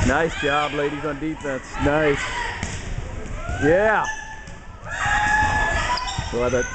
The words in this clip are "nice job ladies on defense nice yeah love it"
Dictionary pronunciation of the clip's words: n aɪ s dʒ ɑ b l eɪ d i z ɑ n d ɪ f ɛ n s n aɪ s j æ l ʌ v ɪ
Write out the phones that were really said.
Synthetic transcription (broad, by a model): n aɪ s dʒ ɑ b l eɪ d i z n d ɪ f ɛ n s n aɪ s j æ w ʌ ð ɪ